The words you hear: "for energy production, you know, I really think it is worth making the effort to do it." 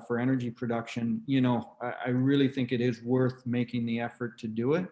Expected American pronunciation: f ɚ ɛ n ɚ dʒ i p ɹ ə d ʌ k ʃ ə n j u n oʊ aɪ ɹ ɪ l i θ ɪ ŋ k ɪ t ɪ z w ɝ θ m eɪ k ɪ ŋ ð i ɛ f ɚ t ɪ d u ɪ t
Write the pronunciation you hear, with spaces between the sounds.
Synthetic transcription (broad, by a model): f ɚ ɛ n ɚ dʒ i p ɹ ə d ʌ k ʃ ə n j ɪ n oʊ aɪ ɹ ɪ l i θ ɪ ŋ k ɪ t ɪ z w ɝ θ m eɪ k ɪ ŋ ð i ɛ f ɚ t ɪ d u ɪ t